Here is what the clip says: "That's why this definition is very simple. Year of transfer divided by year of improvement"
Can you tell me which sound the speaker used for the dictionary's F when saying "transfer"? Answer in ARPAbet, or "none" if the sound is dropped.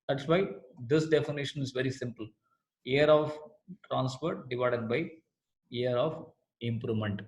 P